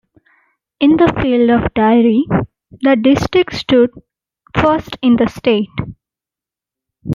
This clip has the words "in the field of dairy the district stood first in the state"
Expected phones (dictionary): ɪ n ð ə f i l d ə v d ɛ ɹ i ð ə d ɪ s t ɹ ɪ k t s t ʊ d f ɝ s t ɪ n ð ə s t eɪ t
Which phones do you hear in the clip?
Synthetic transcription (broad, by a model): ɪ n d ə f i l d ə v d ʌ ɹ i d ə d ɪ s t ɹ ɪ k t s t ʊ d f ɝ s t ɪ n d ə s t eɪ t